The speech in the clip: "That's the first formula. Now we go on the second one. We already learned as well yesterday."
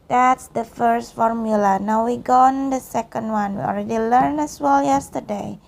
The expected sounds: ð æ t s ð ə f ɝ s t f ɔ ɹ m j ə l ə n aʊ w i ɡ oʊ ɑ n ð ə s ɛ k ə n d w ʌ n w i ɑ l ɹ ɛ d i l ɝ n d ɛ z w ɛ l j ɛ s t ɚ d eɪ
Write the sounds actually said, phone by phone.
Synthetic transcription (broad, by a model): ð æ t s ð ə f ɝ s t f ɔ ɹ m j ə l ə n aʊ w i ɡ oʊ ɑ n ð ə s ɛ k ə n d w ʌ n w i ɑ l ɹ ɛ d i l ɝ n ɛ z w ɛ l j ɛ s t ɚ d eɪ